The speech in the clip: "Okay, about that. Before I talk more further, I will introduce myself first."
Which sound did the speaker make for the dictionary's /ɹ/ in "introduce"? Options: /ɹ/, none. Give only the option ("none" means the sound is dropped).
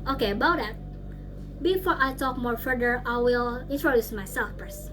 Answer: /ɹ/